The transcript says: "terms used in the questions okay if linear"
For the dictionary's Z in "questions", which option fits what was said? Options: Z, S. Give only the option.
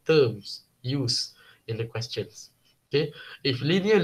S